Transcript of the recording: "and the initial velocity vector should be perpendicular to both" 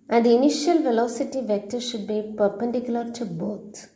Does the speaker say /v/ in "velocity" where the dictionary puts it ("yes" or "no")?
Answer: yes